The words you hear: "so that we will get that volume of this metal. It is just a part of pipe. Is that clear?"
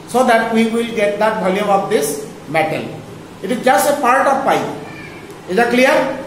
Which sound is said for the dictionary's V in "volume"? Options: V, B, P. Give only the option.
B